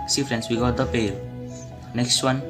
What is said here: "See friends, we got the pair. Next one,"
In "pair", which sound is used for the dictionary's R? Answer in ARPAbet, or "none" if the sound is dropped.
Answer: L